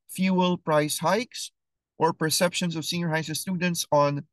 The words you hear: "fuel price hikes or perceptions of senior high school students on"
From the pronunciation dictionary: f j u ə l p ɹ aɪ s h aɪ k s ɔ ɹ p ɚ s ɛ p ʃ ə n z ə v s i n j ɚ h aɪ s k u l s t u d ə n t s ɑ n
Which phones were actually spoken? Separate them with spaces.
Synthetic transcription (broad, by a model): f j u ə l p ɹ aɪ s h aɪ k s ɔ ɹ p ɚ s ɛ p ʃ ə n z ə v s i n j ɚ h aɪ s ʌ s t u d ə n t s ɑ n